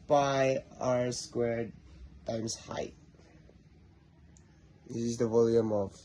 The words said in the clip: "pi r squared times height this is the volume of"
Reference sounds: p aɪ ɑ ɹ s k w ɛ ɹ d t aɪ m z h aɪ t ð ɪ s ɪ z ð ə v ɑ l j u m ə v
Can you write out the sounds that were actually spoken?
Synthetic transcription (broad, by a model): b aɪ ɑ ɹ s k w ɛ ɹ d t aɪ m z h aɪ t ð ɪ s ɪ z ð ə v ɑ l j u m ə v